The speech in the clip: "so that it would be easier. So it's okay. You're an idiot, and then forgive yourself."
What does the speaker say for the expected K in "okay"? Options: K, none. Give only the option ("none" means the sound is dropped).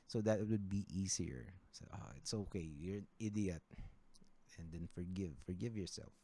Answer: K